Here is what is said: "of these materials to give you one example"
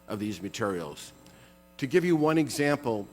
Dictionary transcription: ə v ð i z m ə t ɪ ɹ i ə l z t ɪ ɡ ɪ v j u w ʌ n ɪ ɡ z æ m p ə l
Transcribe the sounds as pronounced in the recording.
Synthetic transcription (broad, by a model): ə v ð i z m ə t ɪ ɹ i l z t ɪ ɡ ɪ v j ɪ w ʌ n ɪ ɡ z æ m p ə l